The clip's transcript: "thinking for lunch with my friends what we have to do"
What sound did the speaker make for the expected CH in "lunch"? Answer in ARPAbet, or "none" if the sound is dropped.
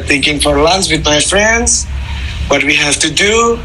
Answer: S